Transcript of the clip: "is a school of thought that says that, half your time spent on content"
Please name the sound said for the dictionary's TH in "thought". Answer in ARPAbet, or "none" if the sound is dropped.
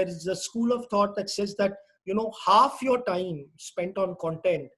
T